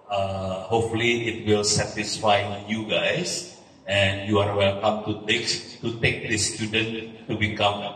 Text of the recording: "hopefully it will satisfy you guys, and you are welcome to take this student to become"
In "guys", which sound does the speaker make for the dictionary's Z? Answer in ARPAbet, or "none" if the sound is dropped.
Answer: S